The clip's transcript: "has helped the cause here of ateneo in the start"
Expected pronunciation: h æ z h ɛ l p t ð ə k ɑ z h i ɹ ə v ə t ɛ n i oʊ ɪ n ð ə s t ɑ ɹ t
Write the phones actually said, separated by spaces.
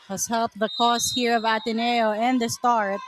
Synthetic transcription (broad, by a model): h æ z h ɛ l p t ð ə k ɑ s h i ɹ ə v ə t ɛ n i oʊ ɪ n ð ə s t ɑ ɹ t